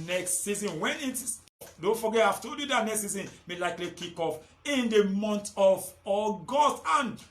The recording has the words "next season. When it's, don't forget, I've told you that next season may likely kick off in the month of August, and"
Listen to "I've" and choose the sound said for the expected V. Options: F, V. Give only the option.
F